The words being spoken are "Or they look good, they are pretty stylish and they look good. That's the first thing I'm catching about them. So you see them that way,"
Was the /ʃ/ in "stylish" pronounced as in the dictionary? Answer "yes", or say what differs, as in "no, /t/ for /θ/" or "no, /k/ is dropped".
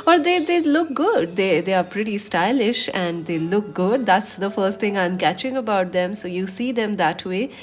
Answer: yes